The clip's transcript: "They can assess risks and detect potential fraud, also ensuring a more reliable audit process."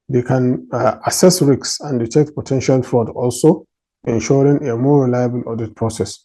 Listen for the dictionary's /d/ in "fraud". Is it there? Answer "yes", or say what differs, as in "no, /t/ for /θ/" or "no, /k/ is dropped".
yes